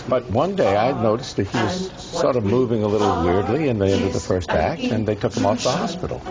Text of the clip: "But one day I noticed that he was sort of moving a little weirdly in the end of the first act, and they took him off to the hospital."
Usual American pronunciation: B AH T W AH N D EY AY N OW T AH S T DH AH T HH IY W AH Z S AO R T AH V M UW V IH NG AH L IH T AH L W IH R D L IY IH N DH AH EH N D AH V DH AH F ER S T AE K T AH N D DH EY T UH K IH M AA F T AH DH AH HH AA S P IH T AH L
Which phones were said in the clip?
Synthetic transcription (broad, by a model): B AH T W AH N D EY AY N OW T AH S T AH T HH IY W AH Z S AO R T AH V M UW V IH NG AH L IH T L W IH R D L IY IH N DH AH EH N D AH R DH AH F ER S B AE K AH N DH EY T UH K IH M AA F DH AH HH AA S P IH T L